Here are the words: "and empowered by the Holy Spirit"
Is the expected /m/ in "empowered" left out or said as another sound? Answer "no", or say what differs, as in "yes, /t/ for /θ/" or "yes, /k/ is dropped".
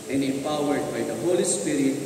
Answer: yes, /m/ is dropped